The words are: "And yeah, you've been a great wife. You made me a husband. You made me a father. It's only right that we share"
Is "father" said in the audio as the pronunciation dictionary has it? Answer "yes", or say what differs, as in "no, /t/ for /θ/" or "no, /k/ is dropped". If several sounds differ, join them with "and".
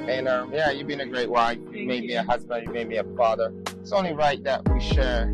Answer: yes